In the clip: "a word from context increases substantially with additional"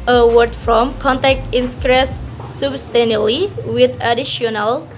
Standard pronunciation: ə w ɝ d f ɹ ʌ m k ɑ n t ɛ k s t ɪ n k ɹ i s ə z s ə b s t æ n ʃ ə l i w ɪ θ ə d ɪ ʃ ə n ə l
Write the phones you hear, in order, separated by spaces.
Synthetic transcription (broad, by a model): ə w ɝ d f ɹ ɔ m k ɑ n t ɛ k t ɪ n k ɹ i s s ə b s t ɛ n ə l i w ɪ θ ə d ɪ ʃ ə n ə l